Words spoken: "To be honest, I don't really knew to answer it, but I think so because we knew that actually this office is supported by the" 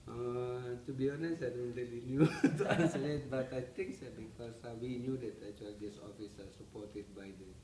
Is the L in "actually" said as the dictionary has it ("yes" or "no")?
no